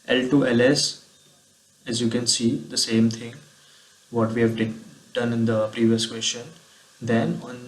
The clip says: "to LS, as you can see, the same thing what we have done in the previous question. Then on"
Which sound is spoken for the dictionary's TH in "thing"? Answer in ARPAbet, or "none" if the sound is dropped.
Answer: T